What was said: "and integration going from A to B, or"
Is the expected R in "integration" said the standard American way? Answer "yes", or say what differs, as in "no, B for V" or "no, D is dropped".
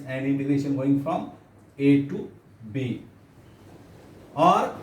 no, R is dropped